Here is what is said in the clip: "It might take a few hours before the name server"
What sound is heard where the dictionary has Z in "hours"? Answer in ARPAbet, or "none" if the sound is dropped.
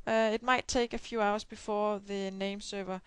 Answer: S